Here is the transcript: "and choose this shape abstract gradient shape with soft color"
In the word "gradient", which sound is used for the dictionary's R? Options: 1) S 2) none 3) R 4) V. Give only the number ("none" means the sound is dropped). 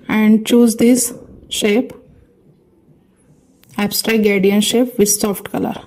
2